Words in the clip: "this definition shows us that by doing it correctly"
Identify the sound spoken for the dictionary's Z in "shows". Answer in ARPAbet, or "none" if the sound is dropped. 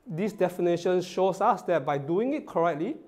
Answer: S